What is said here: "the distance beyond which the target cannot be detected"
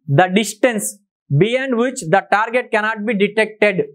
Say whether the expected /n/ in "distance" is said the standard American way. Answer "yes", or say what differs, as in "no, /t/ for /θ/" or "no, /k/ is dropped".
yes